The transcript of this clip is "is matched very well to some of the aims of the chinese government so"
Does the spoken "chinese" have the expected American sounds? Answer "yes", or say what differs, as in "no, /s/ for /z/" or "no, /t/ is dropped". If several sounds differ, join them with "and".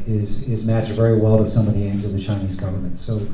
yes